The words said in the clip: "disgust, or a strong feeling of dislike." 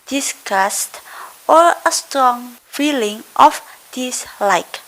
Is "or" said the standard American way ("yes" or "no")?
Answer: no